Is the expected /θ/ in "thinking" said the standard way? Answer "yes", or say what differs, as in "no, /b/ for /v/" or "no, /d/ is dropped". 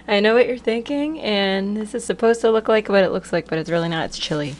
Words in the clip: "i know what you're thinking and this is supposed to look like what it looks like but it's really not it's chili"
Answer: yes